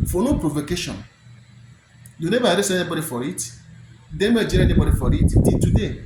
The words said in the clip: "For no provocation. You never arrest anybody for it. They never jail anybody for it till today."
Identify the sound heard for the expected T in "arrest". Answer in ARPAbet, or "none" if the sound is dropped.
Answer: none